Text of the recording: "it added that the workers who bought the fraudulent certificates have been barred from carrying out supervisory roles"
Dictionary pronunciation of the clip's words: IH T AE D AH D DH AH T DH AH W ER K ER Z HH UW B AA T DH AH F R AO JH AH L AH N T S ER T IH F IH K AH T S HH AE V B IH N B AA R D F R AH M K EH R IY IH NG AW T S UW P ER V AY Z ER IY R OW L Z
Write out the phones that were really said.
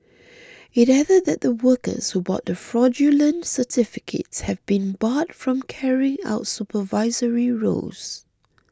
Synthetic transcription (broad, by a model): IH T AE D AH D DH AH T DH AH W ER K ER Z HH UW B AA T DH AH F R AO JH AH L AH N T S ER T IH F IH K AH T S HH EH V B IH N B AA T F R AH M K EH R IY IH NG AW T S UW P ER V AY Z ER IY R OW Z